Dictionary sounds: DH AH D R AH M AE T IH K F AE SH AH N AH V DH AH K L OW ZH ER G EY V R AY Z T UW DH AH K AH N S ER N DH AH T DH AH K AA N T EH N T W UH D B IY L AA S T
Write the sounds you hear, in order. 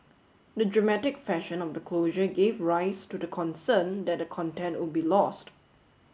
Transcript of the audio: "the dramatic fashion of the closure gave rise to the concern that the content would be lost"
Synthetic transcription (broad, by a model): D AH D R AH M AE T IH K F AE SH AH N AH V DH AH K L OW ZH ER G EY V R AY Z T UW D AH K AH N S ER N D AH T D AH K AA N T EH N T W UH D B IY L AA S T